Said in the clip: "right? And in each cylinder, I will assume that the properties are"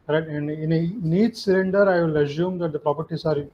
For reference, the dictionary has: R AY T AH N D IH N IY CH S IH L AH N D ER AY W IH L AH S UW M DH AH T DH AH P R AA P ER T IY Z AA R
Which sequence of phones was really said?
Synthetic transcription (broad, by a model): R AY T AH N D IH N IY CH S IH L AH N D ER AY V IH L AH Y UW M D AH T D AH P R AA P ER T IY S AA R